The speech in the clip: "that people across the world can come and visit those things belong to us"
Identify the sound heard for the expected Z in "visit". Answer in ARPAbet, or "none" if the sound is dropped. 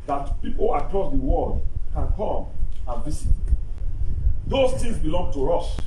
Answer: S